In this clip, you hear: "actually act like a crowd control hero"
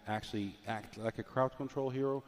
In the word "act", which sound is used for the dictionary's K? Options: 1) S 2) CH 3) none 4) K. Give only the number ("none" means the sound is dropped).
4